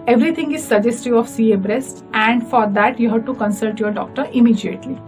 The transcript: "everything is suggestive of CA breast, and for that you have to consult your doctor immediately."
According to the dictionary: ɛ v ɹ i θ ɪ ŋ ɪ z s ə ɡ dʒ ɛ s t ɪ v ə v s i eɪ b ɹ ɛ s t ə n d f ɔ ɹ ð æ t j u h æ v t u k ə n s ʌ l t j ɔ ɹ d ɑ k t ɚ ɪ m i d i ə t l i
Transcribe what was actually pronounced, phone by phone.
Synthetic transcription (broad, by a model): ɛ v ɹ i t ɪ ŋ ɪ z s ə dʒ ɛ s t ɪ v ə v s i eɪ b ɹ ɛ s t ə n d f ɔ ɹ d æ t j u h æ v t u k ə n s ʌ l t j ɔ ɹ d ɑ k t ɚ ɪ m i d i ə t l i